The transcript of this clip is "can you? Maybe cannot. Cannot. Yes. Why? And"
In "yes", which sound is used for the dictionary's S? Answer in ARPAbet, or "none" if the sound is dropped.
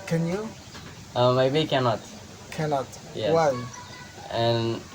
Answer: none